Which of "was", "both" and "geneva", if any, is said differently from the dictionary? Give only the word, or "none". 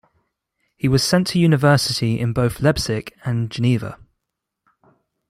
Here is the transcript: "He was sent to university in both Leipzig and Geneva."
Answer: none